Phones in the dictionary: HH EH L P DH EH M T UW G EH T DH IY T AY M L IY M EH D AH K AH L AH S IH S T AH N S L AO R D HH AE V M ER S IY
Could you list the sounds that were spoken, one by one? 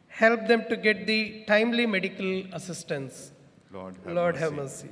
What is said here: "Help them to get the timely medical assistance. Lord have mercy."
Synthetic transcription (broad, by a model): HH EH L P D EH M T UW G EH T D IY T AY M L IY M EH D AH K AH L AH S IH S T AH N S L AO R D HH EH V M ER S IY